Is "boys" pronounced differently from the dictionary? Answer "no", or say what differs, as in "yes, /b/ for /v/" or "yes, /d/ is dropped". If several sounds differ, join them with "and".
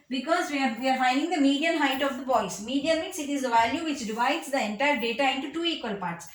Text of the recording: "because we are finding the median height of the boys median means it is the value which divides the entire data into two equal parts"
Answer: yes, /s/ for /z/